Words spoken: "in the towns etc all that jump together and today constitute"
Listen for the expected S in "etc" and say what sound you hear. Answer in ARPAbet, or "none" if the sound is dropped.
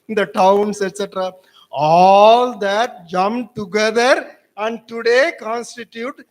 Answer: S